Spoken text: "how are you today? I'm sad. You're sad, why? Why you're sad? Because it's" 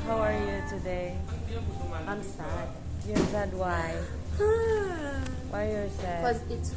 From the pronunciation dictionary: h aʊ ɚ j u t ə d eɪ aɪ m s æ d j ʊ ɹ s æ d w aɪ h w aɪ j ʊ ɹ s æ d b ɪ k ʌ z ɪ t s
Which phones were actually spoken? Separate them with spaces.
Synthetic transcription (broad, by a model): h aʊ ɚ j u t ə d eɪ aɪ m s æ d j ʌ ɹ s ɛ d w aɪ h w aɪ j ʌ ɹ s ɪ ʌ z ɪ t